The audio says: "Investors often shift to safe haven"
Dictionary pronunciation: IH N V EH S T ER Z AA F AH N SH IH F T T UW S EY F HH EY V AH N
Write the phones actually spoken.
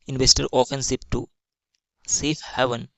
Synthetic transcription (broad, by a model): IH N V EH S T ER AA F AH N S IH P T T UW S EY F HH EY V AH N